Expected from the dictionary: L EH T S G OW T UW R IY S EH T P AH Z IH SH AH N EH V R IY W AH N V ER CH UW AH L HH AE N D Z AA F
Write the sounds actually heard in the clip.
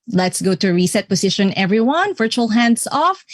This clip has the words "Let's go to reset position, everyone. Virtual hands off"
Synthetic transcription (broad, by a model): L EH T S G OW T UW R IY S EH T P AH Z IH SH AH N EH V R IY W AH N V ER CH UW AH L HH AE N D S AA F